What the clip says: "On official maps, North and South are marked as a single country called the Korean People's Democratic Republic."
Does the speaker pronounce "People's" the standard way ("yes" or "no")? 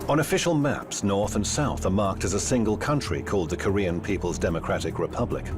yes